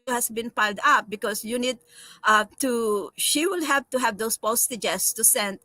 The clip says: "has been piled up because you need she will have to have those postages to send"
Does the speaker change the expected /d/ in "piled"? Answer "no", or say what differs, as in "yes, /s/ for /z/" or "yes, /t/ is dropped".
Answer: no